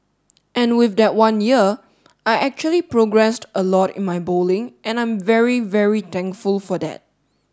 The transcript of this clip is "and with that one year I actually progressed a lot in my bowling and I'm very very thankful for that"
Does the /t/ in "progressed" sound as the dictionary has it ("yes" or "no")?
yes